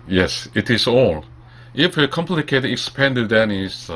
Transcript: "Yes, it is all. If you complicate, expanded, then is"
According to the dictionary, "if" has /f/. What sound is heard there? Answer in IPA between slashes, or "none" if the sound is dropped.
/f/